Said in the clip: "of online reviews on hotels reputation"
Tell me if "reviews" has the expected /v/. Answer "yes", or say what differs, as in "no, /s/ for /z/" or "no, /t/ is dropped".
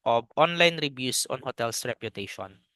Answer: no, /b/ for /v/